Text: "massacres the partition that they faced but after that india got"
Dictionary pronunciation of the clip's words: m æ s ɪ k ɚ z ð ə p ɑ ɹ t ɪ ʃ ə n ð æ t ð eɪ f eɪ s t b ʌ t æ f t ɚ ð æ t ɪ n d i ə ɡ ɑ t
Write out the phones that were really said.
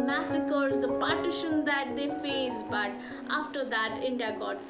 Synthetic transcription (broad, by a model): m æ s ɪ k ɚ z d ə p ɑ ɹ t ɪ ʃ ə n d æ t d eɪ f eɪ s b ʌ t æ f t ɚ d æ t ɪ n d i ə ɡ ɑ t